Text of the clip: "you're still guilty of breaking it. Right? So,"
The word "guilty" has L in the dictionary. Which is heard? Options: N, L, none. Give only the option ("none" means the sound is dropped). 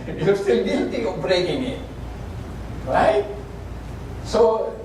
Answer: none